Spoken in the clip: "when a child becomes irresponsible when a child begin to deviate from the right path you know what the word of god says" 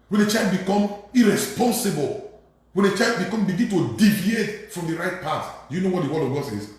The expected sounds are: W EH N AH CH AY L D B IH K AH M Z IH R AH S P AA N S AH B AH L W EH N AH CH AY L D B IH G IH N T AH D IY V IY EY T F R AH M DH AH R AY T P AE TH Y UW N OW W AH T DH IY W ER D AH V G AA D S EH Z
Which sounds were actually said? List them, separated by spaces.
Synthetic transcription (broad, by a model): W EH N AH CH AY L D B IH K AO M IH R AH S P AA N S AH B AH L W EH N AH CH AY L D B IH G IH N T AH D IY V IY EY T F R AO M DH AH R AY T P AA T Y UW N OW W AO T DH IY W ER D AH V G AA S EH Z